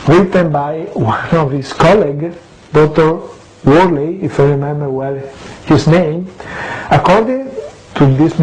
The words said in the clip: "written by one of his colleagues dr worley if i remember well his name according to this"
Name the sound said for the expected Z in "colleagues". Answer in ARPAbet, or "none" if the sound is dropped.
none